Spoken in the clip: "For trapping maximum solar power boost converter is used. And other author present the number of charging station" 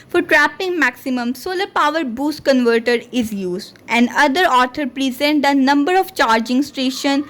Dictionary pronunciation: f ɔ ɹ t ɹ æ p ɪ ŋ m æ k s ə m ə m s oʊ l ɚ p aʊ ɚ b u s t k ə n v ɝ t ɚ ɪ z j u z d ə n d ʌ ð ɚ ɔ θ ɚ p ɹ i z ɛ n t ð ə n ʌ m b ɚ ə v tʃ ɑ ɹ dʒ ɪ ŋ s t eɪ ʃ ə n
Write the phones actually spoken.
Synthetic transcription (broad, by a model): f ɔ ɹ t ɹ æ p ɪ ŋ m æ k s ə m ə m s oʊ l ɚ p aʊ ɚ b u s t k ə n v ɝ t ɚ ɪ z j u z d ə n d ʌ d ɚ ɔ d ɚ p ɹ i z ɛ n t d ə n ʌ m b ɚ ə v tʃ ɑ ɹ dʒ ɪ ŋ s t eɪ ʃ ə n